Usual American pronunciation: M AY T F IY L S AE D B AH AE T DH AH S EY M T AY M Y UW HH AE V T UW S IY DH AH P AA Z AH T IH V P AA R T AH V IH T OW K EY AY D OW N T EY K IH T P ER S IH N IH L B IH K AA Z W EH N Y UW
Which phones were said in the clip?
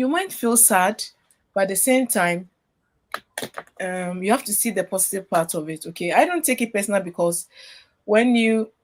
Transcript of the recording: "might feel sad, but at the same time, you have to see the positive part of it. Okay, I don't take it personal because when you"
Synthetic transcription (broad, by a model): M AY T F IY L S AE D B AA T DH AH S EY M T AY M Y UW HH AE F T UW S IY DH AH P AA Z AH T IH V P AA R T AH V IH T OW K EY AY D OW N T EY K IH T P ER S N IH L B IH K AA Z W EH N Y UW